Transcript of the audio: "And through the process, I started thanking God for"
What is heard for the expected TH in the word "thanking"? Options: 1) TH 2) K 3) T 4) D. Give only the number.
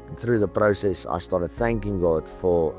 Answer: 1